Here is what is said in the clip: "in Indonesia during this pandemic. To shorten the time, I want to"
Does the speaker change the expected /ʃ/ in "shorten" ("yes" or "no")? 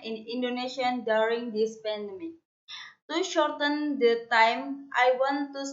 no